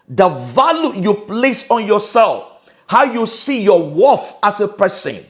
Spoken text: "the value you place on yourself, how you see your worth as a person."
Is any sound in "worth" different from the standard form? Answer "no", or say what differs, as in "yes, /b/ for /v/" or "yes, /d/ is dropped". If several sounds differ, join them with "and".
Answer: yes, /f/ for /θ/